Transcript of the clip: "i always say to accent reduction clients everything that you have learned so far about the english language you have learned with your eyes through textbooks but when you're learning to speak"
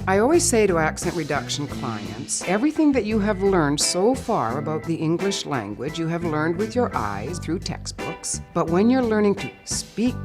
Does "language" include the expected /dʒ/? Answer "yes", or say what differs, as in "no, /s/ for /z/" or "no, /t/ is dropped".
yes